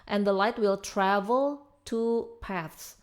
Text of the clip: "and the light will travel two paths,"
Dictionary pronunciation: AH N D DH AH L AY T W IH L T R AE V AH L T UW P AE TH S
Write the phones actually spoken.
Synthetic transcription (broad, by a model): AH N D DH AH L AY T W IH L T R AE V AH L T UW P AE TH S